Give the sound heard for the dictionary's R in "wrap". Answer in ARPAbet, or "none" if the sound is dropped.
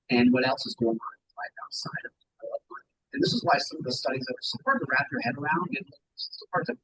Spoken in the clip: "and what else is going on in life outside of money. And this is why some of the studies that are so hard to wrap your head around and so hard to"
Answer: R